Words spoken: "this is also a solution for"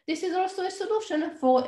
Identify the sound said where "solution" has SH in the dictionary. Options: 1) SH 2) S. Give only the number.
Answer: 1